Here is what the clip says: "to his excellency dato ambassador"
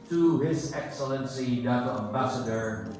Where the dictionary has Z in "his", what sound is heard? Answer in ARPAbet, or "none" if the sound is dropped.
Z